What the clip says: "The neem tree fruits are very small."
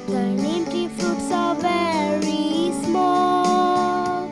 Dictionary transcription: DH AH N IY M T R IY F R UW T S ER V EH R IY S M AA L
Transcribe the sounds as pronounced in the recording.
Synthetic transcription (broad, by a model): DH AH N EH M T IY F R UW T S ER V EH R IY S M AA L